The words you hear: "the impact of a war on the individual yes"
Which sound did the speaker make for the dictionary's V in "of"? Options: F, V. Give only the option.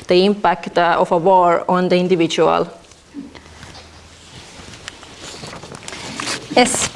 F